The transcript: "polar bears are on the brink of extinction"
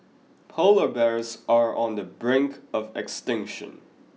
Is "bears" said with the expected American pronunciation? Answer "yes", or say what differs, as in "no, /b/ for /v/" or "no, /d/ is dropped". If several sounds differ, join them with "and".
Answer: yes